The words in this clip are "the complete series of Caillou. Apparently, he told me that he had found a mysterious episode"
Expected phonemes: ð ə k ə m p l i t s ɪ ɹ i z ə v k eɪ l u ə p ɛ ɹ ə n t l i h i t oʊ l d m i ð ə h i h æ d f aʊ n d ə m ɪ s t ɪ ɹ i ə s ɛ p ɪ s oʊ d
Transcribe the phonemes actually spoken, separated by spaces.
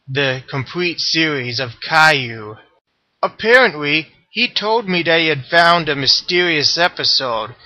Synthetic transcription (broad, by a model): ð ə k ə m p l i t s ɪ ɹ i z ə v k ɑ u ə p ɛ ɹ ə n t l i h i t oʊ l d m i ð ə h i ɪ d f aʊ n d ə m ɪ s t ɪ ɹ i ə s ɛ p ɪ s oʊ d